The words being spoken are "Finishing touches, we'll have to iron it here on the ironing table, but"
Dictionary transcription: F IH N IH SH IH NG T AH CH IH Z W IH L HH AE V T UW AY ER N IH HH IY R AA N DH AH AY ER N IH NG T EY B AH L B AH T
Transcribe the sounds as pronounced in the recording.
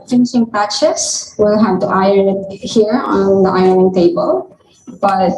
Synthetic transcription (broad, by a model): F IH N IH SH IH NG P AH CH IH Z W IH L HH AE V T UW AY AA IH HH IY R AA N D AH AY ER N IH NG T EY B AH L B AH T